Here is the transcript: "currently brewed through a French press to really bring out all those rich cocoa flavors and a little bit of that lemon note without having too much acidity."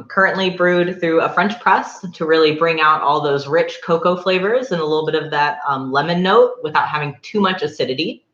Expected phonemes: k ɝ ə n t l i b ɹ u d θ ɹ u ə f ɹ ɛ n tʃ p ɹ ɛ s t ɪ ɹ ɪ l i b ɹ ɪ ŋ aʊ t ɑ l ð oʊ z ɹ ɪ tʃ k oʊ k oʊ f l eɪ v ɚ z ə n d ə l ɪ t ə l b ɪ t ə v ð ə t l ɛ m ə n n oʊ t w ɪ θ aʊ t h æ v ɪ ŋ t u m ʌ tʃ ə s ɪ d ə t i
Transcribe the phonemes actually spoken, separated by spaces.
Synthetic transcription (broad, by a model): k ɝ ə n t l i b ɹ u d θ ɹ u ə f ɹ ɛ n tʃ p ɹ ɛ s t ɪ ɹ ɪ l i b ɹ ɪ ŋ aʊ t ɑ l ð oʊ z ɹ ɪ tʃ k oʊ k oʊ f l eɪ v ɚ z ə n ə l ɪ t l b ɪ t ə v ð ə t l ɛ m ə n n oʊ t w ɪ θ aʊ t h æ v ɪ ŋ t u m ʌ tʃ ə s ɪ d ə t i